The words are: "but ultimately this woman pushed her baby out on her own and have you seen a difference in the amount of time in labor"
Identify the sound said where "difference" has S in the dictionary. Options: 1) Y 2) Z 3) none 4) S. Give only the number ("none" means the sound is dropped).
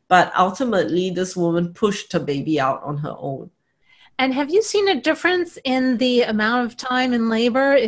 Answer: 4